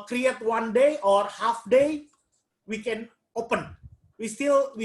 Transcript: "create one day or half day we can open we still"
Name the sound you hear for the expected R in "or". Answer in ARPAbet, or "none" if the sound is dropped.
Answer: R